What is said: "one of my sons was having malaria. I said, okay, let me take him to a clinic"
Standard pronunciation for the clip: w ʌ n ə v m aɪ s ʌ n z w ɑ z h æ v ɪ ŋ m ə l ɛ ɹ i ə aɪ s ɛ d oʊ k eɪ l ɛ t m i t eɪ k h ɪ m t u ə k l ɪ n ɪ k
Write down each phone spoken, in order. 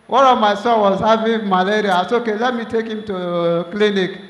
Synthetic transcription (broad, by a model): w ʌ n ə v m aɪ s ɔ w ɑ z h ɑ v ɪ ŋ m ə l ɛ ɹ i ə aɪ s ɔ oʊ k eɪ l ɛ t m i t eɪ k h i m t u k l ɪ n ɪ k